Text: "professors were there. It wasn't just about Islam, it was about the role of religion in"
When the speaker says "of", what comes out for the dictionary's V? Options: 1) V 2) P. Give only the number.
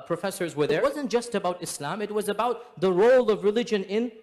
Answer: 1